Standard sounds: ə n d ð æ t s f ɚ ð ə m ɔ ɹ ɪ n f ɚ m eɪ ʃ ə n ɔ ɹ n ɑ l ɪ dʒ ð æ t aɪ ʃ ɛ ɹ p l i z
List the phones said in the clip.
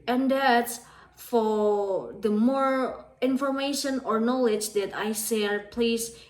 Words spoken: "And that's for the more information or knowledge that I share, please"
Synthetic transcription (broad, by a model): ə n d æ t s f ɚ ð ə m ɔ ɹ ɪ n f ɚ m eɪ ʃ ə n ɔ ɹ n ɑ l ɪ dʒ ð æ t aɪ s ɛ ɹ p l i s